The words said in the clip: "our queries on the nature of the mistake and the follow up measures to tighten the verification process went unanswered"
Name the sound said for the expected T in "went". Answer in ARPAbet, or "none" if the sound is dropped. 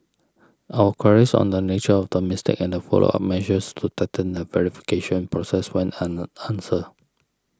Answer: none